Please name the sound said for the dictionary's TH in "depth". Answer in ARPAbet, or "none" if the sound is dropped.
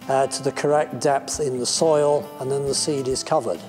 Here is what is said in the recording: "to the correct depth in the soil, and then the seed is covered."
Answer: TH